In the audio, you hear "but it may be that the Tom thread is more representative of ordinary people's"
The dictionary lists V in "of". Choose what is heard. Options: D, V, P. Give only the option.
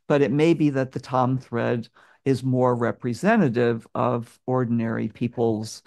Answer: V